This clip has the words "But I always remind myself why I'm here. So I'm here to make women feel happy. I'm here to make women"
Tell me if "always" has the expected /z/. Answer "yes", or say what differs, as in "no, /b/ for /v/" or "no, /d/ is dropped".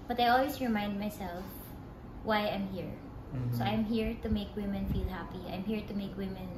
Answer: no, /s/ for /z/